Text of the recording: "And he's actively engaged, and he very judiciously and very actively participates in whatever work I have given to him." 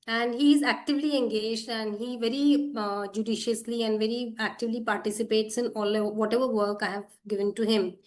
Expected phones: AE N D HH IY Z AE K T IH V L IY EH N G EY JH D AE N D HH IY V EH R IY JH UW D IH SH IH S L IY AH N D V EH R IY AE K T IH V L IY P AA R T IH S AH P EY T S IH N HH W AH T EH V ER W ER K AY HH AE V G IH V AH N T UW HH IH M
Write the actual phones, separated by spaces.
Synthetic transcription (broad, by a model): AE N D HH IY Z AE K T IH V L IY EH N G EY JH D AE N D HH IY V EH R IY JH UW D IH SH IH S L IY AH N D V EH R IY AE K T IH V L IY P AA R T IH S AH P EY T S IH N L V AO T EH V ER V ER K AY HH AE V G IH V AH N T UW HH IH M